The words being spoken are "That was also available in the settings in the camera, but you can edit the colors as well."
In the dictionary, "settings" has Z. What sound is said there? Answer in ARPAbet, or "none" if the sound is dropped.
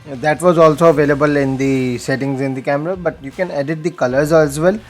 Z